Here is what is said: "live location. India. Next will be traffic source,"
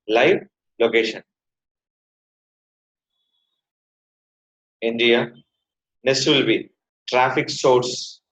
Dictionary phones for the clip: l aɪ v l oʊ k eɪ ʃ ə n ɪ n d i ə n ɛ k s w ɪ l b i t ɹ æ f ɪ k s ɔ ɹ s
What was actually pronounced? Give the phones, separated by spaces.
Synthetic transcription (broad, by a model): l aɪ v l oʊ k eɪ ʃ ə n ɪ n d i ə n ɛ s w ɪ l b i t ɹ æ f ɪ k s ɔ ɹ s